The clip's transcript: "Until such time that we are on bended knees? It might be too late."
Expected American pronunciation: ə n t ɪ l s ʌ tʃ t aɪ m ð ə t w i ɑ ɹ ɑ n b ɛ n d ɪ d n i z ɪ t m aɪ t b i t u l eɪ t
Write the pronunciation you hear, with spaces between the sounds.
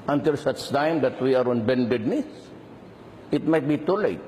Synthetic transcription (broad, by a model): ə n t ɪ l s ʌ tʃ t aɪ m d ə t w i ɑ ɹ ɑ n b ɛ n d ɪ d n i s ɪ t m aɪ t b i t u l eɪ t